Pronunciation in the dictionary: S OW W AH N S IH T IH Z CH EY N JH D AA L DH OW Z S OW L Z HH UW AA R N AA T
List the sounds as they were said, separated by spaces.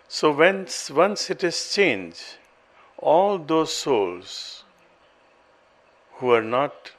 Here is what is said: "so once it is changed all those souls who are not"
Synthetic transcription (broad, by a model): S OW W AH N S IH T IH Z CH EY N JH AA L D OW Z S OW L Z HH UW AA R N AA T